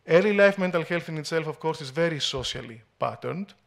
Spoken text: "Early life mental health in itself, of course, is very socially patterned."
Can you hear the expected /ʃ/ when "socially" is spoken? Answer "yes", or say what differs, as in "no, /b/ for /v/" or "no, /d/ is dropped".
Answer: no, /s/ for /ʃ/